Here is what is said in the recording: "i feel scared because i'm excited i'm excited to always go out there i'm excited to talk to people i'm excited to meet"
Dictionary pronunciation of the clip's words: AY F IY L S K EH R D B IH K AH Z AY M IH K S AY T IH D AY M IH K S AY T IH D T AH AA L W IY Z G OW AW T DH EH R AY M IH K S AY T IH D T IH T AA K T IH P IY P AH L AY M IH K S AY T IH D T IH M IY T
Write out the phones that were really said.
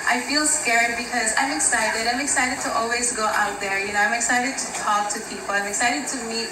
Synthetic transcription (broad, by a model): AY F IY L S K EH R D B IH K AH Z AY M IH K S AY T IH D AY M IH K S AY T IH D T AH AA L W IY Z G OW AW T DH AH R AY M IH K S AY T IH D T IH T AA K T IH P IY P L AY M IH K S AY T IH D T IH M IY T